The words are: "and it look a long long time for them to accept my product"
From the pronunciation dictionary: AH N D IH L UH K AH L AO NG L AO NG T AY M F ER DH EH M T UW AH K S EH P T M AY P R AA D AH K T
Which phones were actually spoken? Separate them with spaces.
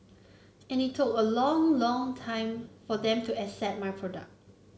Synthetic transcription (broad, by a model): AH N IH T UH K AH L AO NG L AO NG T AY M F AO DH EH M T UW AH S EH T M AY P R AA D AH K T